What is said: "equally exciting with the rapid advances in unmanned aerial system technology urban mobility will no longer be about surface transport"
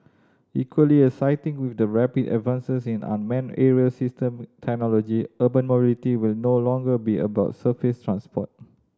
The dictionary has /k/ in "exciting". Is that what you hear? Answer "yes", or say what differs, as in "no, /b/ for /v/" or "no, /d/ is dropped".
no, /k/ is dropped